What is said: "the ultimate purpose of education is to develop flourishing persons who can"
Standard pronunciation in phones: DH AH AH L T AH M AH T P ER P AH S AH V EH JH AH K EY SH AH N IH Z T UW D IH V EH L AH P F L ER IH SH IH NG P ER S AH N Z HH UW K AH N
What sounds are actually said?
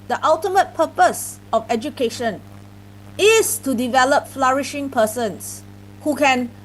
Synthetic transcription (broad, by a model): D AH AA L T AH M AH T P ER P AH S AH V EH JH AH K EY SH AH N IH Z T UW D IH V EH L AH P F L ER IH SH IH NG P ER S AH N S HH UW K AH N